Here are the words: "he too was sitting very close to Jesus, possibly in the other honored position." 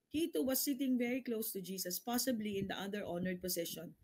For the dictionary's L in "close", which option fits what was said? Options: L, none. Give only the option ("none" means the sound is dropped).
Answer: L